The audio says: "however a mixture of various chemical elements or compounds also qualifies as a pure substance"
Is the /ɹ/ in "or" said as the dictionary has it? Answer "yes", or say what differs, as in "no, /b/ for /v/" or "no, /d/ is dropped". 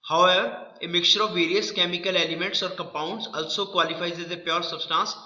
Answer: yes